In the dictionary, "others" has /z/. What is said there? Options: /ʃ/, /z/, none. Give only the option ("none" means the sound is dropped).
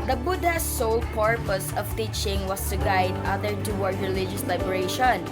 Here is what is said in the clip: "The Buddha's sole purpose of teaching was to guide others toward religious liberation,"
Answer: none